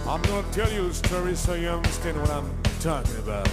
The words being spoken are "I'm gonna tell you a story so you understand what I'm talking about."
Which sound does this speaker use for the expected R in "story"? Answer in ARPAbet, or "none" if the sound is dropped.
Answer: R